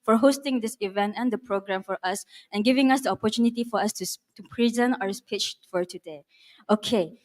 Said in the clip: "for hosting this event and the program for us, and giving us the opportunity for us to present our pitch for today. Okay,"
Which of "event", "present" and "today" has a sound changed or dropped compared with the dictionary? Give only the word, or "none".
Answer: none